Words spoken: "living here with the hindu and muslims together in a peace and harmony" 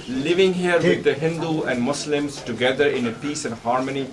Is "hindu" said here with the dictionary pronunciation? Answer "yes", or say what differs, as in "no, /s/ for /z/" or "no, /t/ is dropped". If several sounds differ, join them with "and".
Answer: yes